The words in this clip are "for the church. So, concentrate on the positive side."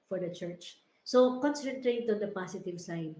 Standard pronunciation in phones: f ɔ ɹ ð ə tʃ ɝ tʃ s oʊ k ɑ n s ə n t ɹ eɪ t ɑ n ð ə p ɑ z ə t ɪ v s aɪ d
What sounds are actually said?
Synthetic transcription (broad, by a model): f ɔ ɹ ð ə tʃ ɝ tʃ s oʊ k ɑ n s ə n t ɹ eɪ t ɑ n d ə p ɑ s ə t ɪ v s aɪ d